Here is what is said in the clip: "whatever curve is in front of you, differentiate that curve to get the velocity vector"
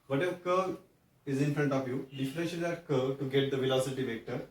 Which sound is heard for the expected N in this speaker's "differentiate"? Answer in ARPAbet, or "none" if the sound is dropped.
none